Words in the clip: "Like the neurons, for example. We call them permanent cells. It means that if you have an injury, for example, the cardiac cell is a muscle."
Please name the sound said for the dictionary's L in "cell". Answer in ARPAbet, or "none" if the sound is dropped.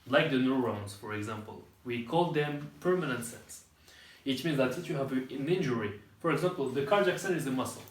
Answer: N